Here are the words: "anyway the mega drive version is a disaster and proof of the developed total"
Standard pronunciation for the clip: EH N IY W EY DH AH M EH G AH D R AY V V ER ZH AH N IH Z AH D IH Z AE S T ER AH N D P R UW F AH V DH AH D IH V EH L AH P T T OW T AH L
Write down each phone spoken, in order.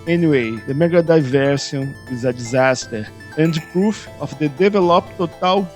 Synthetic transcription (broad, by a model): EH N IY W EY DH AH M EH G AH D AY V V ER S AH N IH Z AH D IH Z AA S T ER AH N D P R UW F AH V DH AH D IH V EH L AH P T T OW T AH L